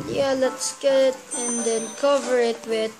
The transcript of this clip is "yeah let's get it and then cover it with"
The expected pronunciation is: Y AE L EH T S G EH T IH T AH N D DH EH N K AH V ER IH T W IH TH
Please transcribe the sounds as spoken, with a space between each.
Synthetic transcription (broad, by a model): Y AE L EH T S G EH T IH T AH N D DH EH N K AH V ER IH T W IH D